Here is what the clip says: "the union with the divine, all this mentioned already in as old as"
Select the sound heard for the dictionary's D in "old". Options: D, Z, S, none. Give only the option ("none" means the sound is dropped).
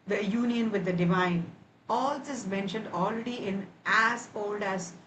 D